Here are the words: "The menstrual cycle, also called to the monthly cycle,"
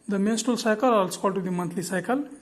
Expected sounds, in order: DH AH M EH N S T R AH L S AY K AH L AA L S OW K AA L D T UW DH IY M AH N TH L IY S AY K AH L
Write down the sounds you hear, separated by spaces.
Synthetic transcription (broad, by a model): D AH M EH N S T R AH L S AY K AH L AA L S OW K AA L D T UW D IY M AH N T L IY S AY K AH L